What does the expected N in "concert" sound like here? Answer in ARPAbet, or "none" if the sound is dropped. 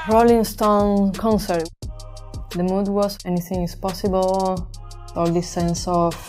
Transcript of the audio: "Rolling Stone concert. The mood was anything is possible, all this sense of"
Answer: N